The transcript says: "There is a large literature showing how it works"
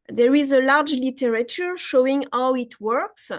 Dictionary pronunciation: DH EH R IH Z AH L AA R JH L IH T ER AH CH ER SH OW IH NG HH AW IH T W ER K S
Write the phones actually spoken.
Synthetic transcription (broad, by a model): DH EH R IH Z AH L AA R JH L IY T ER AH CH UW SH OW IH NG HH AW IH T W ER K S